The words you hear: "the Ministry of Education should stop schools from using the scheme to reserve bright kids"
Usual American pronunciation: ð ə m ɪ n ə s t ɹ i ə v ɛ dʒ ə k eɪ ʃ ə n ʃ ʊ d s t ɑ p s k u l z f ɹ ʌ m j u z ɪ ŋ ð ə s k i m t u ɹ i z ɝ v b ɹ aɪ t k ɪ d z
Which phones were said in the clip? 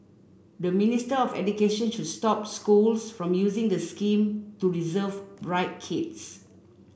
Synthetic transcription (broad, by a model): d ə m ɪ n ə s t i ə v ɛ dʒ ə k eɪ ʃ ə n ʃ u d s t ɑ p s k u l s f ɹ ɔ m j u z ɪ ŋ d ə s k i m t u ɹ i z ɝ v b ɹ aɪ t k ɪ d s